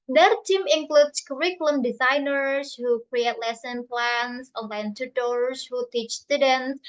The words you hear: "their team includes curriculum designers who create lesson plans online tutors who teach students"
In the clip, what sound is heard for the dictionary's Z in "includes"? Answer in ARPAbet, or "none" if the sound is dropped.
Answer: S